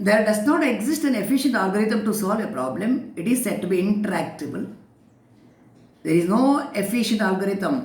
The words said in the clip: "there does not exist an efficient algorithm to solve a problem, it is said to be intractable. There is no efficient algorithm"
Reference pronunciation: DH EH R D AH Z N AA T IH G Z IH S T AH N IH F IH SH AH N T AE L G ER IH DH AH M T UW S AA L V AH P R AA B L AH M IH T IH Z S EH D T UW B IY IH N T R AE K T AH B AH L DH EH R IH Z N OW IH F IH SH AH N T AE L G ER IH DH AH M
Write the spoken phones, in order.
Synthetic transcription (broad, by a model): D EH R D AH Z N AA T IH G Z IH S T AH N IH F IH SH AH N T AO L G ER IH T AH M T UW S AA L V AH P R AA B L AH M IH T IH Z S EH D T UW B IY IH N T R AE K T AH B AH L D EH R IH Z N OW IH F IH SH AH N T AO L G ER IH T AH M